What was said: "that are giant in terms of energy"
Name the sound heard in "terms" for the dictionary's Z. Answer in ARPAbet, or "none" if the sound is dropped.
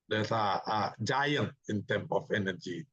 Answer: none